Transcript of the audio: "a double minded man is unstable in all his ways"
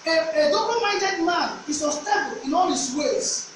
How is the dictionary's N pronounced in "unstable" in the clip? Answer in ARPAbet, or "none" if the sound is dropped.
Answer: none